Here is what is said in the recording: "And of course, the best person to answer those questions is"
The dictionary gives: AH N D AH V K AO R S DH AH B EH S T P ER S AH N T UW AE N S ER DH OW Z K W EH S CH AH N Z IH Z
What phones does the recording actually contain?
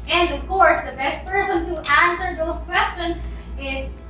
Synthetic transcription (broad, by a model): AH N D AH V K AO R S DH AH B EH S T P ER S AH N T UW AE N S ER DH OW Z K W EH S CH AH N IH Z